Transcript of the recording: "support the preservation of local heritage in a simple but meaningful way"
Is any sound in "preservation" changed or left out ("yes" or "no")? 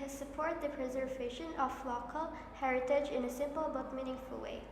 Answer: no